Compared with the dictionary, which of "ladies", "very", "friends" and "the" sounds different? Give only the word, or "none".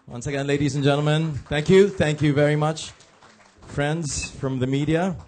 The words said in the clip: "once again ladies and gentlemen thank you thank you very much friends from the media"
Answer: none